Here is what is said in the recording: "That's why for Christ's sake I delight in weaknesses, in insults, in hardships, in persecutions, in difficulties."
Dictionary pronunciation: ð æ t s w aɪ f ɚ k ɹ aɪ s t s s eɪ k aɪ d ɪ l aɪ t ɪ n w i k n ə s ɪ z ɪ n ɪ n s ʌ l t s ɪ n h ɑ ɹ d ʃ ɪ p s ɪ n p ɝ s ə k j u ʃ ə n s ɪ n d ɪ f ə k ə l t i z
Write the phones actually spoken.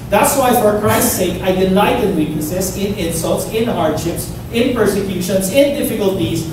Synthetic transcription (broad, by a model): ð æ t s w aɪ f ɚ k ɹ aɪ s t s s eɪ k aɪ d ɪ n aɪ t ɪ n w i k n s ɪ s ɪ n ɪ n s ʌ l t s ɪ n h ɑ ɹ d ʃ ɪ p s ɪ n p ɝ s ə k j u ʃ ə n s ɪ n d ɪ f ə k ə l t i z